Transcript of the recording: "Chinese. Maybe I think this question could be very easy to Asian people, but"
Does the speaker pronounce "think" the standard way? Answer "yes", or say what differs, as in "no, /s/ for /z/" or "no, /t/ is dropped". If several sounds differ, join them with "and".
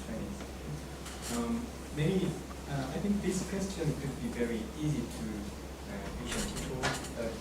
yes